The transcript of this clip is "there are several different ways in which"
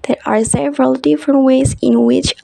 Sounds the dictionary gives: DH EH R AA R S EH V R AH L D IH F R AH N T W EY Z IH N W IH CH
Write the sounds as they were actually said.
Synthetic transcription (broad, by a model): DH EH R AA R S EH V R AH L D IH F R AH N T W EY Z IH N W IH CH